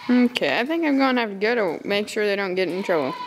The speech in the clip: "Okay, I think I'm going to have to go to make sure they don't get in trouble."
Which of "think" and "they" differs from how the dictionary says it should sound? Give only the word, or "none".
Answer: none